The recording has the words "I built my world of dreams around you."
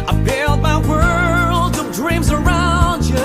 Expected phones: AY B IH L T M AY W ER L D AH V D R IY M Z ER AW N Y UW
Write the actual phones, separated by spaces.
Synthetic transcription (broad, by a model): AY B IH L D M AY W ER L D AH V D R IY M Z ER AW N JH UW